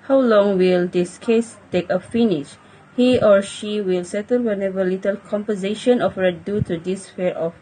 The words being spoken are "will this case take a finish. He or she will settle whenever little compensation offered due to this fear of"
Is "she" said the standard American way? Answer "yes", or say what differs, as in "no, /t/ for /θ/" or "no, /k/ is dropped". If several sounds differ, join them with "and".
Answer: yes